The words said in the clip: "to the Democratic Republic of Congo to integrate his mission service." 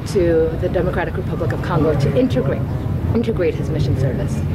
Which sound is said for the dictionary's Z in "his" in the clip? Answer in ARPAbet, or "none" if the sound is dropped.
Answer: Z